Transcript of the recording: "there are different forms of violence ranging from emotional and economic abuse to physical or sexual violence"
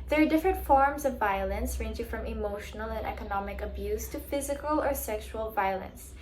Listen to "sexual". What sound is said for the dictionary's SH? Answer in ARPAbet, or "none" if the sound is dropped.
SH